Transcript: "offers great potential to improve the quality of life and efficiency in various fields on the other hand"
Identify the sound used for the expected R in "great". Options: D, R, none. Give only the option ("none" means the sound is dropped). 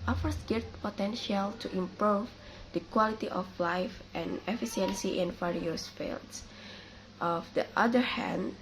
none